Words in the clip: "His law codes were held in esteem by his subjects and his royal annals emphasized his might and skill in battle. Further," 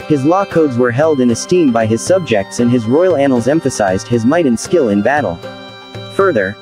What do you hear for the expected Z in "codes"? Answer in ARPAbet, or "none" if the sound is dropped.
Z